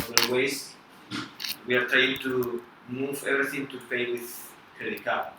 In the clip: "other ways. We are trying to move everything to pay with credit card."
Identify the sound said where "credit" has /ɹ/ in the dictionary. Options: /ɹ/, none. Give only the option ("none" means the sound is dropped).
none